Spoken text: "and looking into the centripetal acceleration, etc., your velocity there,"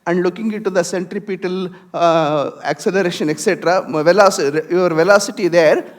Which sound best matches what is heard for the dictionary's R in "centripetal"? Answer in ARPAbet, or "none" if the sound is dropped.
R